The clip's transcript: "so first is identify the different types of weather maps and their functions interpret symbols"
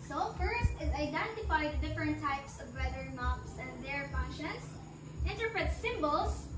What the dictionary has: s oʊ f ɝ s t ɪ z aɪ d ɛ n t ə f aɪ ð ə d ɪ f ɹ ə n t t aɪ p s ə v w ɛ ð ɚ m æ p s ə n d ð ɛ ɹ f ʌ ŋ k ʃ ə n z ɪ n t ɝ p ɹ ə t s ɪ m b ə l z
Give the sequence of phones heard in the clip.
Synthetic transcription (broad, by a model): s oʊ f ɝ s t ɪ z aɪ d ɛ n t ə f aɪ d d ɪ f ɹ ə n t t aɪ p s ə v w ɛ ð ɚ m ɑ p s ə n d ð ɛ ɹ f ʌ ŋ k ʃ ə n s ɪ n t ɝ p ɹ ə t s ɪ m b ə l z